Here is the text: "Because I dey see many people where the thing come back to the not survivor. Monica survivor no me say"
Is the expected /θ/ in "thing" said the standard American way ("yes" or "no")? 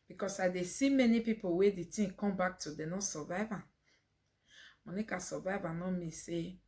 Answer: no